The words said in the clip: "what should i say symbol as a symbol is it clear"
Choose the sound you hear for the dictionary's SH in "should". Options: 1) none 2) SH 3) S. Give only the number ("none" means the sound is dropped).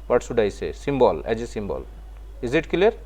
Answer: 3